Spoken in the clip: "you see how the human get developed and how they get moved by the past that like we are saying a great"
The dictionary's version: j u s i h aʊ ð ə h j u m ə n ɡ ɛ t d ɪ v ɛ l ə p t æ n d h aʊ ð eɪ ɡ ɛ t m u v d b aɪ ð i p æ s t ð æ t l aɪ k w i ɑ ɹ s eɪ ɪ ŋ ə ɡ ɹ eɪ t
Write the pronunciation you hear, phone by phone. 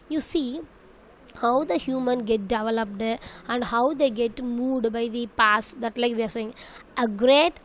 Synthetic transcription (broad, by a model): j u s i h aʊ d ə h j u m ə n ɡ ɛ t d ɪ v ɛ l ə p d æ n d h aʊ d eɪ ɡ ɛ t m u d b aɪ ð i p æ s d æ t l aɪ k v i ɑ ɹ s eɪ ɪ ŋ ə ɡ ɹ eɪ t